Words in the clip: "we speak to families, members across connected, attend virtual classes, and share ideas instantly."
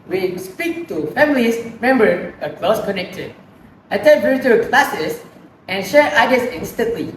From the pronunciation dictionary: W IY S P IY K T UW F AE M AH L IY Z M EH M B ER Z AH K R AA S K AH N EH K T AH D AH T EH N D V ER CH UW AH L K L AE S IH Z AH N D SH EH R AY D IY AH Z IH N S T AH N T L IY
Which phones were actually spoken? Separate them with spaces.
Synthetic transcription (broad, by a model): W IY S P IY K T UW F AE M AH L IY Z M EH M B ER AH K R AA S K AH N EH K T AH D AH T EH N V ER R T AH K L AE S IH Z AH N SH EH R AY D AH S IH N S T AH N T L IY